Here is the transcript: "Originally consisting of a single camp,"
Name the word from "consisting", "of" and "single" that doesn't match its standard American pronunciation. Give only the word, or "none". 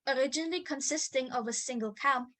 none